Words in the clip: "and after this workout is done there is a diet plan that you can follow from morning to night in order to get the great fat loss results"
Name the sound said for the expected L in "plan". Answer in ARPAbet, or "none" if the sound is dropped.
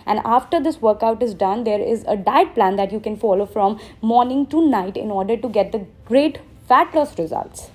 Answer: L